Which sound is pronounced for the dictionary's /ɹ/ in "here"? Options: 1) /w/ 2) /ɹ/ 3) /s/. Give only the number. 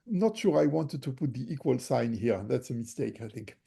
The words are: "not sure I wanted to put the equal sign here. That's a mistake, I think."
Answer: 2